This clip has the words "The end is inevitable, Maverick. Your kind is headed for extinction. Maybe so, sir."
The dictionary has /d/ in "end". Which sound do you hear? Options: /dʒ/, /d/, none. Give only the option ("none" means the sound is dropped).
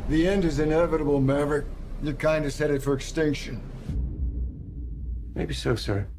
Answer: /d/